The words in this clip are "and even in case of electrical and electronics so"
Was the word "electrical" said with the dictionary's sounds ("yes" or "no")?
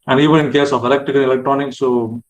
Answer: no